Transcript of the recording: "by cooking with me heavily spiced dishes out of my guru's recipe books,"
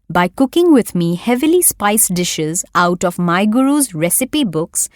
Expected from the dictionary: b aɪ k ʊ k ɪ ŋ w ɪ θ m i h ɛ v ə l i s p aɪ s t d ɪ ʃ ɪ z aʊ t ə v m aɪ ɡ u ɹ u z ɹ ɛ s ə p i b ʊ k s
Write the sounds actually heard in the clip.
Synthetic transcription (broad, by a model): b aɪ k ʊ k ɪ ŋ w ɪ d m i h ɛ v ə l i s p aɪ s d ɪ ʃ ɪ z aʊ t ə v m aɪ ɡ u ɹ u z ɹ ɛ s ə p i b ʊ k s